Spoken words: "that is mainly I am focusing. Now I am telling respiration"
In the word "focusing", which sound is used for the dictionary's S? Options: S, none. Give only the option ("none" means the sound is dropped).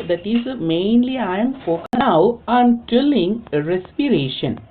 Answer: none